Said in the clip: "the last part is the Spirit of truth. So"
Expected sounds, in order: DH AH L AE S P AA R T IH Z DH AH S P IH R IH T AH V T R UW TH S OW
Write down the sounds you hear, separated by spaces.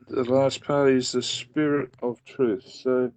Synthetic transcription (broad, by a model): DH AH L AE S P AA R T IH Z DH AH S P IH R IH T AH V T R UW TH S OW